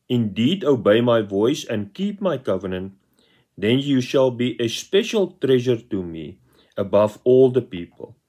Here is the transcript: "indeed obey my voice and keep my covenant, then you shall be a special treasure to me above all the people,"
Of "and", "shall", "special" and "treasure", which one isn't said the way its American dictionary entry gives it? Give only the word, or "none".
none